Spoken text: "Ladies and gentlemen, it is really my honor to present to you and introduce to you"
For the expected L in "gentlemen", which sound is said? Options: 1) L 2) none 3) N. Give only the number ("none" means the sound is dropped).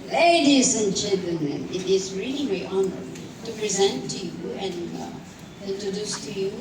3